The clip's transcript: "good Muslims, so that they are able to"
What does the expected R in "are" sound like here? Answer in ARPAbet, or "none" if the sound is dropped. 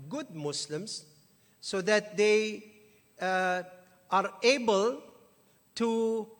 R